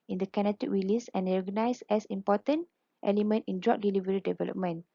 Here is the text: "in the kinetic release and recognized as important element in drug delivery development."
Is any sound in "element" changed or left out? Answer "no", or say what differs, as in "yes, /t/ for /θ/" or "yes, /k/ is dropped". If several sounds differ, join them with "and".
no